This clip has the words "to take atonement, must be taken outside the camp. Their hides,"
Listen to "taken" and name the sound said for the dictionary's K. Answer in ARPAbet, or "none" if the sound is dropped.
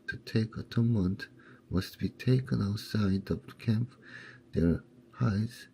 K